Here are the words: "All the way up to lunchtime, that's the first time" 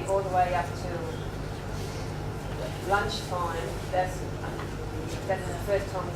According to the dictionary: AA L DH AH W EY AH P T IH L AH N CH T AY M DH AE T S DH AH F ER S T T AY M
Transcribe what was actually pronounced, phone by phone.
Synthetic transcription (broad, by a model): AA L DH AH W EY AH P T IH L AH N CH T AY M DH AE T S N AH F ER S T T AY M